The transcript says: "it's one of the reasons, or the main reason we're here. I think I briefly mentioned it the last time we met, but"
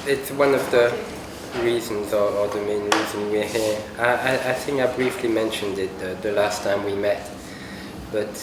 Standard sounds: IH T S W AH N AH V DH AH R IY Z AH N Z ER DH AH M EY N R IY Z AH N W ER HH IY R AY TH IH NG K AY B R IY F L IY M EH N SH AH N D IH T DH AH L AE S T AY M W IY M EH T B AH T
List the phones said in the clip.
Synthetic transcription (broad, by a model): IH T S W AH N AH V DH AH R IY Z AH N Z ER DH AH M EY N R IY Z AH N W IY HH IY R AY TH IH NG K AY B R IY F L IY M EH N SH AH N D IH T DH AH L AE S T AY M W IY M EH T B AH T